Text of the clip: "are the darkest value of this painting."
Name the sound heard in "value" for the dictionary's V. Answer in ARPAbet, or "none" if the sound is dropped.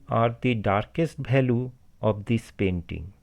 B